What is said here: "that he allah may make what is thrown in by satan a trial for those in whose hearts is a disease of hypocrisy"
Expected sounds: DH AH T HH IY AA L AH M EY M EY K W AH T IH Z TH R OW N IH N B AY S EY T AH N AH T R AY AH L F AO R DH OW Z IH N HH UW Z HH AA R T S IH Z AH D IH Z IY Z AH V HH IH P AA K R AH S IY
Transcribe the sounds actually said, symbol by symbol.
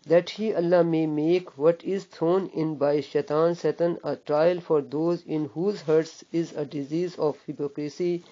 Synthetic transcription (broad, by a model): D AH T HH IY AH L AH M EY M EY K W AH T IH Z T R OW N IH N B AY S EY T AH N AH T R AY AH L F AO R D OW Z IH N HH UW Z HH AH R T S IH Z AH D IH Z IY Z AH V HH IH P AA K R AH S IY